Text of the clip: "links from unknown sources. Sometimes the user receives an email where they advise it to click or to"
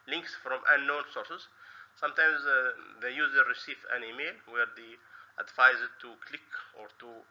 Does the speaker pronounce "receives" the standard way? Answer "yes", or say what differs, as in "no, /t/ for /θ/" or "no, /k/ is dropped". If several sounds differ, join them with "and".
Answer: no, /z/ is dropped